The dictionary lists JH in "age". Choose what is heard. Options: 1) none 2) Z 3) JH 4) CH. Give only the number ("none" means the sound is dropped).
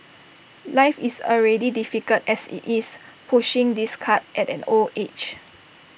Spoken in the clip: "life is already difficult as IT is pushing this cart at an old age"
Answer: 4